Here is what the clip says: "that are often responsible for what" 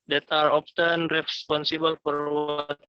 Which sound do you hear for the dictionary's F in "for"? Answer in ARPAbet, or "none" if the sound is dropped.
P